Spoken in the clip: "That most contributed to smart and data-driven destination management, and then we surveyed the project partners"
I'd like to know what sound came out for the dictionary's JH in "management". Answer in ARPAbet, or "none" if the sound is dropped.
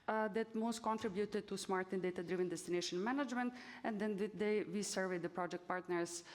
JH